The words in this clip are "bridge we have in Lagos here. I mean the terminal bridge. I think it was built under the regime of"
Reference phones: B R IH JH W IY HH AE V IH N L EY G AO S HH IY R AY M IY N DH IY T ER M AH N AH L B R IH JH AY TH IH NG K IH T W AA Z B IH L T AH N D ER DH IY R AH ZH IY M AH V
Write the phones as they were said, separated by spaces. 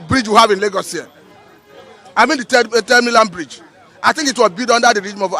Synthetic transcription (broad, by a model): B R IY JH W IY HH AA V IH N L EY G AO S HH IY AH AY M IY N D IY T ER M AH L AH N B R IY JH AY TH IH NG K IH T W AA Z B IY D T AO N D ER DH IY R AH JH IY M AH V